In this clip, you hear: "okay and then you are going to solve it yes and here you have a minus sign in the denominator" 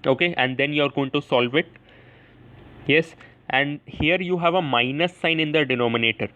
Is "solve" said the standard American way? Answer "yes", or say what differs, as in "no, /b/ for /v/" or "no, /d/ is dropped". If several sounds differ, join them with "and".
yes